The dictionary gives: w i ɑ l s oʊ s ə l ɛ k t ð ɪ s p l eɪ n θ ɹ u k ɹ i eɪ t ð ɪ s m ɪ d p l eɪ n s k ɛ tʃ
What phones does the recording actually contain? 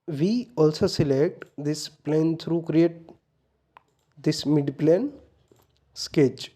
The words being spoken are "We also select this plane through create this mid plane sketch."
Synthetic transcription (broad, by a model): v i ɑ l s oʊ s ə l ɛ k t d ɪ s p l eɪ n t ɹ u k ɹ i eɪ t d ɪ s m ɪ d p l eɪ n s k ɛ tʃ